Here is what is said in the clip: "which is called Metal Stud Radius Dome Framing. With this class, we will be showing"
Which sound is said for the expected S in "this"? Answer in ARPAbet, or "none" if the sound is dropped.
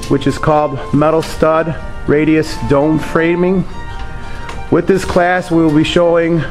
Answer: S